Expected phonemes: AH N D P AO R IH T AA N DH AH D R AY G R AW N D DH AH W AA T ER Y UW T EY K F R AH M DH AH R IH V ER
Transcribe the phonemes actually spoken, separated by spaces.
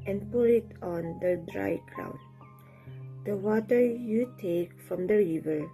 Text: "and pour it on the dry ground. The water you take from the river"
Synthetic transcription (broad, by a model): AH N P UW L IH T AA N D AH D R AY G R AW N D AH W AA T ER Y UW T EY K F R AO M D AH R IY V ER